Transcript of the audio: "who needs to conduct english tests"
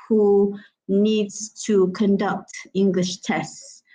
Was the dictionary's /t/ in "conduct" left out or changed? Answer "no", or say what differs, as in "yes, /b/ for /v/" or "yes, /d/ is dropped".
no